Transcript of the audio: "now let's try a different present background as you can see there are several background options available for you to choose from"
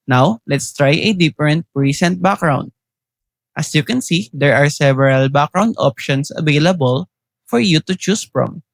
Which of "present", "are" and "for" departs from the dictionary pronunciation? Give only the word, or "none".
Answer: present